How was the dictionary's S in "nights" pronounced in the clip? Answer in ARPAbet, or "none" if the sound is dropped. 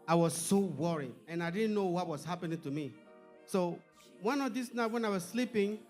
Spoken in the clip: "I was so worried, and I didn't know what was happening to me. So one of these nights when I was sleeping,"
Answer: none